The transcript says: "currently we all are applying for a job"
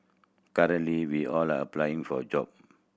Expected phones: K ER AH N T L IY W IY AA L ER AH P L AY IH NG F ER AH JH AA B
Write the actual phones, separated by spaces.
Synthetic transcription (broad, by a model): K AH T L IY W IY AA L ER AH P L AY IH NG F AH JH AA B